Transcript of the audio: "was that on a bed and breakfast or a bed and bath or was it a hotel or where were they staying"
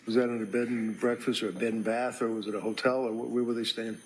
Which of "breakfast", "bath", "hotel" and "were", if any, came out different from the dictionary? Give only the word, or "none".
none